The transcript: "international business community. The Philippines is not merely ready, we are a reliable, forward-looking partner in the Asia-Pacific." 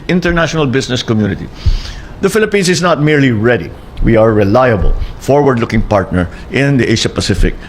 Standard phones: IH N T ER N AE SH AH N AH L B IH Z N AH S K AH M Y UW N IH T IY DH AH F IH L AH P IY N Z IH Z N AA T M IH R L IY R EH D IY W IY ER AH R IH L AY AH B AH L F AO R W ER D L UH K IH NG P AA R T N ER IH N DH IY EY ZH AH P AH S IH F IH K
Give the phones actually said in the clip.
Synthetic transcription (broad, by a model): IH N T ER N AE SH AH N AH L B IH S N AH S K AH M Y UW N IH T IY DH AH F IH L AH P IY N S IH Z N AA T M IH R L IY R EH D IY W IY AH R IH L AY AH B AH L F AO R W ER D L UH K IH NG P AA R T N ER IH N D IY EY SH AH P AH S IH F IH K